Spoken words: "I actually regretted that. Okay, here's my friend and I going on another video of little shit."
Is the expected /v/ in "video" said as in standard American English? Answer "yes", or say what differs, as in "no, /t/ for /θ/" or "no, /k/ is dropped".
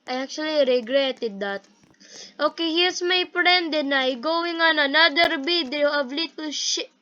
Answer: no, /b/ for /v/